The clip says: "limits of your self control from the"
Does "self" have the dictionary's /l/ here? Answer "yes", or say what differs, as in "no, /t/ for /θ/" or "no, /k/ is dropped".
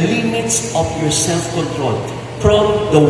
yes